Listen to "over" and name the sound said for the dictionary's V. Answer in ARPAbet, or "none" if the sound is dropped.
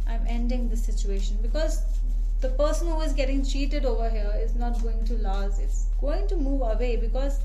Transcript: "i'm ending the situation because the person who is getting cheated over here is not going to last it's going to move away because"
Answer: V